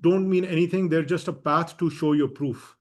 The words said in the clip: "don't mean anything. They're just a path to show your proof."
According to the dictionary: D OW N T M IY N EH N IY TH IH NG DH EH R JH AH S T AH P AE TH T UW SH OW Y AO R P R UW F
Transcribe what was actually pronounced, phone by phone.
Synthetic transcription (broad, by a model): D OW N T M IY N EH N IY T IH NG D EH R JH AH S T AH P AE T T UW SH OW Y AO R P R UW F